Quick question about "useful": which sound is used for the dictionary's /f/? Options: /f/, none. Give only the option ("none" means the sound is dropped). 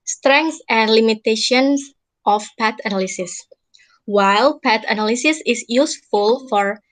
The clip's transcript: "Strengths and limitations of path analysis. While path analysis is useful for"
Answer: /f/